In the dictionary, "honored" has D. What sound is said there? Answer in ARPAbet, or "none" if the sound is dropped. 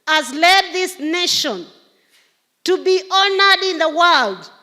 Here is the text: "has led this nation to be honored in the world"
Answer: D